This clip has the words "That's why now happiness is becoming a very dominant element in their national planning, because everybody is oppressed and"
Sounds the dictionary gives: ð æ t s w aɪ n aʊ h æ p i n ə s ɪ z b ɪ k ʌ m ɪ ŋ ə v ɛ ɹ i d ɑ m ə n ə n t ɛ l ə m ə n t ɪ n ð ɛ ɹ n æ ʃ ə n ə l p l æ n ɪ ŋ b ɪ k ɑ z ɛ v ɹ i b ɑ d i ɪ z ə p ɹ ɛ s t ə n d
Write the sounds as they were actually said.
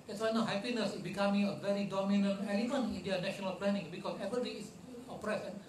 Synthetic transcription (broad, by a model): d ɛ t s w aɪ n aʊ h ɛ p i n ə s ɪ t b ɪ k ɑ m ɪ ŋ ə v ɛ ɹ i d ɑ m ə n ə n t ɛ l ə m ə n ɪ n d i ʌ n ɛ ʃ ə n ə l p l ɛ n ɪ ŋ b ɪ k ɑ s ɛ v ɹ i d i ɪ s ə p ɹ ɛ s ə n